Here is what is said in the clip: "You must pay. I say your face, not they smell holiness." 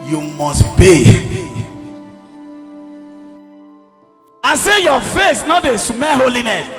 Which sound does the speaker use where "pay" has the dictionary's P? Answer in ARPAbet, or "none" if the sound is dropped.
B